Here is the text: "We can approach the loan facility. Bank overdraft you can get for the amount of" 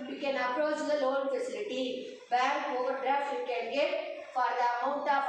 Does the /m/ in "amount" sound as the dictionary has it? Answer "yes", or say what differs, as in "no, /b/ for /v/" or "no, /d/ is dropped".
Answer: no, /m/ is dropped